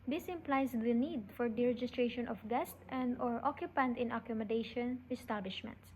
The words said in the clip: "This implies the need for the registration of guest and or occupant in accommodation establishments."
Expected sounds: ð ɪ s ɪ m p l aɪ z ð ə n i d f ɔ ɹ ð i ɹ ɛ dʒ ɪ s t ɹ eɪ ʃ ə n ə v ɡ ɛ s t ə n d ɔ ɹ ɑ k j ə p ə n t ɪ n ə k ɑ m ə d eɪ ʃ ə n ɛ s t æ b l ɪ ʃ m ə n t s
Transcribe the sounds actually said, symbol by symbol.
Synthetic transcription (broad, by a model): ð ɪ s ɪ m p l aɪ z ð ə n i d f ɔ ɹ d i ɹ ɛ dʒ ɪ s t ɹ eɪ ʃ ə n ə f ɡ ɛ s t ə n d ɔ ɹ ɑ k j ə p ə n t ɪ n ə k ɑ m ə d eɪ ʃ ə n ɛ s t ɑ b l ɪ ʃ m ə n t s